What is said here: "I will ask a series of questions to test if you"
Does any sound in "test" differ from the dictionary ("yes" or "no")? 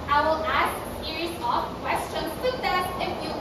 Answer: yes